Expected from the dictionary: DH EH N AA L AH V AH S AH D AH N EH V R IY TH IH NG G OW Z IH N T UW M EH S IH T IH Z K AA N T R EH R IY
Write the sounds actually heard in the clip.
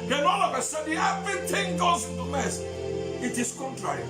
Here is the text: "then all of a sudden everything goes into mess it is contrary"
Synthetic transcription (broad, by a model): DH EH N AA L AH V AH S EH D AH EH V R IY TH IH NG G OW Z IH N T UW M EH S IH T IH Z K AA N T R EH R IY